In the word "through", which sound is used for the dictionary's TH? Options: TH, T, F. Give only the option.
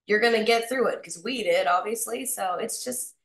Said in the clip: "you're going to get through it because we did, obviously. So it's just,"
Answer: TH